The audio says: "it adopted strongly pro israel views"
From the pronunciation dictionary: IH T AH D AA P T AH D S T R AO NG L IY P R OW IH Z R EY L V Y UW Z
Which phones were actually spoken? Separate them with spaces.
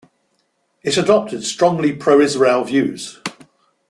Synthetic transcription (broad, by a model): IH T AH D AA P T AH D S T R AO NG L IY P R OW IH Z R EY L V Y UW Z